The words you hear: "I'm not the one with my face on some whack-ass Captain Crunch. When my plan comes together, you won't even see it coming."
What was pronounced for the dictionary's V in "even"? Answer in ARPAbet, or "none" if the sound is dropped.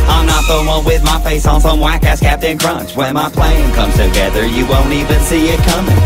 V